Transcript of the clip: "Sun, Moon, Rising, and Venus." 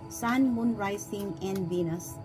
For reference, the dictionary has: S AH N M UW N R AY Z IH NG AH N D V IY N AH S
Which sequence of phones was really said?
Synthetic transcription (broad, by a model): S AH N M UW N R AY S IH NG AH N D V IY N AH S